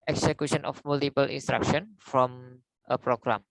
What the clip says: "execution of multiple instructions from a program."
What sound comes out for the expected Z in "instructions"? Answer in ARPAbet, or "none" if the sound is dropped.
none